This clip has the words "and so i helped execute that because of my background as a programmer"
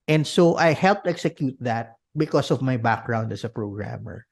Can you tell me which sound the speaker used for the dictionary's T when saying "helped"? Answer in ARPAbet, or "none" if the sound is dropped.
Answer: T